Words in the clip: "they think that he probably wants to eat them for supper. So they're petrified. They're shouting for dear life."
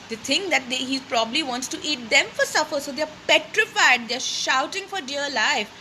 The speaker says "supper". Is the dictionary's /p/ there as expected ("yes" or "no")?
no